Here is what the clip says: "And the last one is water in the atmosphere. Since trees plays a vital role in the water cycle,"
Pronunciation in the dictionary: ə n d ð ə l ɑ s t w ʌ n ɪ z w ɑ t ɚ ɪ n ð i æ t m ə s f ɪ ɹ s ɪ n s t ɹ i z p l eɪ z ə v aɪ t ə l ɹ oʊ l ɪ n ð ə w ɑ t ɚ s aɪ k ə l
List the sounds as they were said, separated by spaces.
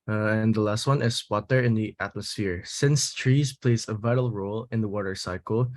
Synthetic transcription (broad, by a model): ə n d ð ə l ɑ s t w ʌ n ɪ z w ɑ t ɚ ɪ n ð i æ t m ə s f ɪ ɹ s ɪ n s t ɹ i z p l eɪ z ə v aɪ t ə l ɹ oʊ l ɪ n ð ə w ɑ t ɚ s aɪ k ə l